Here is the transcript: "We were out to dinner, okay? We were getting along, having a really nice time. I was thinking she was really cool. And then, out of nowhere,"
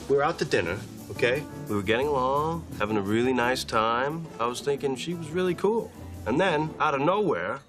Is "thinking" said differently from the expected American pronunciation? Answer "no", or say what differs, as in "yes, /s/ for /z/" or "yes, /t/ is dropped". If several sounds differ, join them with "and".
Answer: no